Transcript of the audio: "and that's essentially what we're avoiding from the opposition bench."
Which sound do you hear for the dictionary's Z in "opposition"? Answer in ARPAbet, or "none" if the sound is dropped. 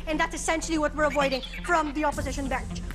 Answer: Z